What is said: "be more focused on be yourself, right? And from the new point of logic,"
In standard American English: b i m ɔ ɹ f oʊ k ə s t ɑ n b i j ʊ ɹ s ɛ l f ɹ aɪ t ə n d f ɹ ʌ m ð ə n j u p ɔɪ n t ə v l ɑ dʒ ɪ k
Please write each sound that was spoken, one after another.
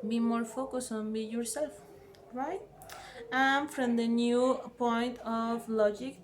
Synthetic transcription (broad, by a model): b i m ɔ ɹ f oʊ k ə s ɑ n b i j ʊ ɹ s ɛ l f ɹ aɪ t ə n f ɹ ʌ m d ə n j u p ɔɪ n t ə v l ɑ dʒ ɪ k